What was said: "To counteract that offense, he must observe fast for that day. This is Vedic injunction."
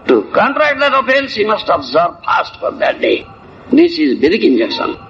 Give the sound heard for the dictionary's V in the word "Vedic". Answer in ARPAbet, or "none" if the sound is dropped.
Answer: B